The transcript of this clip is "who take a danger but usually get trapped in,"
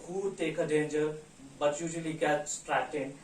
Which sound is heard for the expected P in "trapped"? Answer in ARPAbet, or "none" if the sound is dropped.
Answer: none